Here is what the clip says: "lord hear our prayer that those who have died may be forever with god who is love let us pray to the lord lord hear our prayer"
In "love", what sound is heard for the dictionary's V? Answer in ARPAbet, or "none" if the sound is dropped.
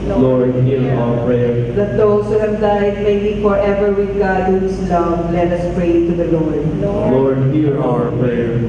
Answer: W